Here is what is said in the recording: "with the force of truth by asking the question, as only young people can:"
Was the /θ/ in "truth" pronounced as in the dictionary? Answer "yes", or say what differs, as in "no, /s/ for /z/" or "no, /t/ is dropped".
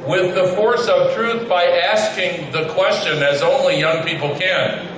yes